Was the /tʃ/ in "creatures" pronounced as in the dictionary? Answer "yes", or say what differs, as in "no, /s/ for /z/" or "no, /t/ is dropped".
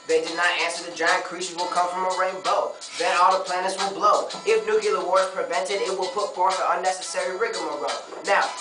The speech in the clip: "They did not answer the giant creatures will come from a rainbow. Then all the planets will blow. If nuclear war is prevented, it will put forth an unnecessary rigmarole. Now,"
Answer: no, /ʃ/ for /tʃ/